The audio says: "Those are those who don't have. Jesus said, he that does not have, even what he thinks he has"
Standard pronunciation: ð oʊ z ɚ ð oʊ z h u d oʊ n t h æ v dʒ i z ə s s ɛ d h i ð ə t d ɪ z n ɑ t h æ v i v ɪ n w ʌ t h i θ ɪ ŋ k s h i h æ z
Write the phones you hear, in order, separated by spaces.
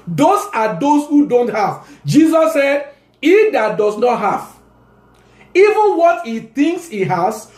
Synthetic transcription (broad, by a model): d oʊ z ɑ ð oʊ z h u d oʊ n t h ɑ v dʒ i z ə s s ɛ d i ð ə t d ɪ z n ɑ t h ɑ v i v ɪ n w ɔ t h i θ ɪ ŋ k s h i h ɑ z